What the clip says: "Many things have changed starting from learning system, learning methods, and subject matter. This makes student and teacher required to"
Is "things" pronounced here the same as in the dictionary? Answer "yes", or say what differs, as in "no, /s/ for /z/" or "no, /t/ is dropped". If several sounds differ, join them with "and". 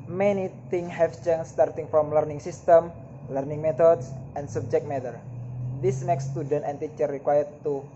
no, /t/ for /θ/ and /z/ is dropped